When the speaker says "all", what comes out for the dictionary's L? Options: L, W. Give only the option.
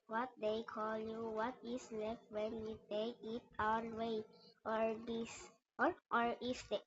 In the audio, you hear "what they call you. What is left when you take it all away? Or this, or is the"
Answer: W